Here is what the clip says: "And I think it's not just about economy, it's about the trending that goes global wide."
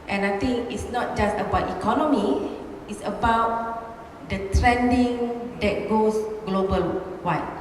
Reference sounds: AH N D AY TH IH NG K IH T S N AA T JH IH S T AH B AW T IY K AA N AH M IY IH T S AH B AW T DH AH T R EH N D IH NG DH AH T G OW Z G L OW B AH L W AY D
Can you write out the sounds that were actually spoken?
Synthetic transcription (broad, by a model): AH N AY T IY NG K IH T S N AA T JH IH S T AH B AW T IY K AA N AH M IY IH T S AH B AW T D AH T R EH N D IH NG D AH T G OW S G L OW B AH L W AY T